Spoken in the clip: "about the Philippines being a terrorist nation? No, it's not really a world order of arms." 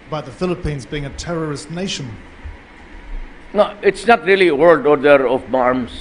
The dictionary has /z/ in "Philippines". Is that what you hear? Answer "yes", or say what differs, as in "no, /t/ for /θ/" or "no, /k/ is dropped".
yes